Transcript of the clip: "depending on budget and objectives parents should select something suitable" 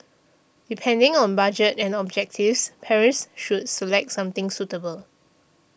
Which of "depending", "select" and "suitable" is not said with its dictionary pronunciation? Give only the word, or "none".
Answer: none